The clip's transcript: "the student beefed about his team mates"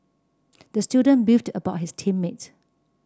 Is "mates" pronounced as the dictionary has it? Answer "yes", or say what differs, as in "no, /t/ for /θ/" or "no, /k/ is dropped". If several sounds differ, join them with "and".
no, /s/ is dropped